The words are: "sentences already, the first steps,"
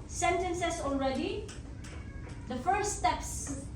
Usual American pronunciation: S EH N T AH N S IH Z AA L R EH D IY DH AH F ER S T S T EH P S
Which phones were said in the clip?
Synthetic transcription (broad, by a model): S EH N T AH N S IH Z AA L R EH D IY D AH F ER T S T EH P S